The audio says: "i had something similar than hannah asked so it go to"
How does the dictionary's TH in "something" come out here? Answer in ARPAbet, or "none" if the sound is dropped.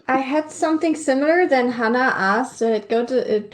TH